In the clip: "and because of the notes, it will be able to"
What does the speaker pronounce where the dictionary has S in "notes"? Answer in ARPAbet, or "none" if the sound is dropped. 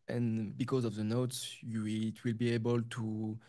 S